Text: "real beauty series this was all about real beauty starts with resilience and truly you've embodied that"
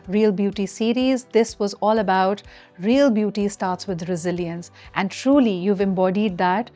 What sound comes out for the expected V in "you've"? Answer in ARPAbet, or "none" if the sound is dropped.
V